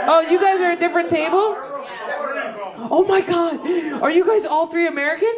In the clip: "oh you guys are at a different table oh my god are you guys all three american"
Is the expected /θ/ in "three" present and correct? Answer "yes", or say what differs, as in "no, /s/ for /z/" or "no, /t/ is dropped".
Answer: yes